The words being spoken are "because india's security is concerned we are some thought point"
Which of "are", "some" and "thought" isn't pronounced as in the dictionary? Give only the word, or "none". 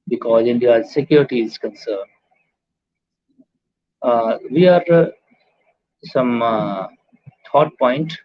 thought